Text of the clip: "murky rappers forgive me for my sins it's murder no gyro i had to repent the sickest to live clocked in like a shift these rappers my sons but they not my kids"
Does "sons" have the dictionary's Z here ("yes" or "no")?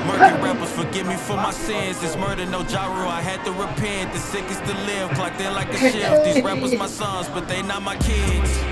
yes